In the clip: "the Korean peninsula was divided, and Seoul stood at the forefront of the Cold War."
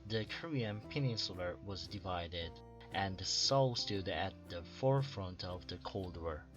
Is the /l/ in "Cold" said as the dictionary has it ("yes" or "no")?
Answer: yes